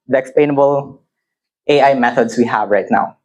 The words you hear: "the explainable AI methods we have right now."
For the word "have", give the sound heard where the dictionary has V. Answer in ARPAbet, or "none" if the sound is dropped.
V